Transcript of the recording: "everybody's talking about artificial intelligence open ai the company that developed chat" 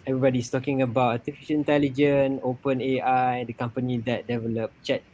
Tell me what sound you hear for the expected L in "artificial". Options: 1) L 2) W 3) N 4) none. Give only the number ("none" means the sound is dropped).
3